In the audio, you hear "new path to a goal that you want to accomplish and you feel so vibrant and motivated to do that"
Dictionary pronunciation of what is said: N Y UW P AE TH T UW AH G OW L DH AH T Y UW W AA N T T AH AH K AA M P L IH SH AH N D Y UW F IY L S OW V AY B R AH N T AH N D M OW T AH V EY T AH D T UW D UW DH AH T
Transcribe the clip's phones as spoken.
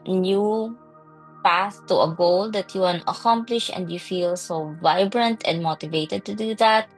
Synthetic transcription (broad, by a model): N Y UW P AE S T UW AH G OW L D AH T Y UW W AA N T T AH AH K AA M P L IH SH AH N D Y UW F IY L S OW V AY B R AH N T AH N D M OW T AH V EY T AH D T UW D UW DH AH T